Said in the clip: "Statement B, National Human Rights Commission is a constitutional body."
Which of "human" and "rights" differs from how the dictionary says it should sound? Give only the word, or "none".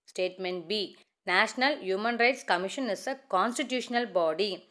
none